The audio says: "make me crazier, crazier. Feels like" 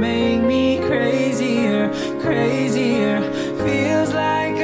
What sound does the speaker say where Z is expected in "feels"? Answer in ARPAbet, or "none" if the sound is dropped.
Z